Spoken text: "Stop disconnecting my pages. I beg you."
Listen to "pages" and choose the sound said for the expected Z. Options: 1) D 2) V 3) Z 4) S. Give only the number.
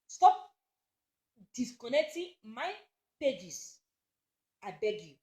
4